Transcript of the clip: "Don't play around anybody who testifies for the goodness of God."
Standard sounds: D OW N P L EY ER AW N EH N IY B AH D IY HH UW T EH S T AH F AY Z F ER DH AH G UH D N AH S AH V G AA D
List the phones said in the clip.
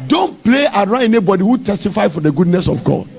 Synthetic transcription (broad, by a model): D OW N P L EY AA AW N EH N IY B AH D IY HH UW T EH S T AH F AY F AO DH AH G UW D N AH S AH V G AA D